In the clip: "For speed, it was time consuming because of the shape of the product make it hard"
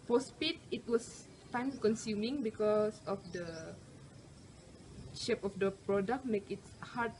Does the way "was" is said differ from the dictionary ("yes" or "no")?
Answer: yes